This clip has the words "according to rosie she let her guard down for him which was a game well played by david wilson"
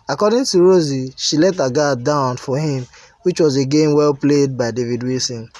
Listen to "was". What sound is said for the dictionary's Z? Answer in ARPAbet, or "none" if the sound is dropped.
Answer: Z